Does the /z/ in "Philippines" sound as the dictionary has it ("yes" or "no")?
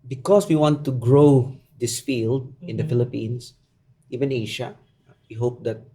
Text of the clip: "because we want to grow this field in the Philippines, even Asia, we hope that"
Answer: no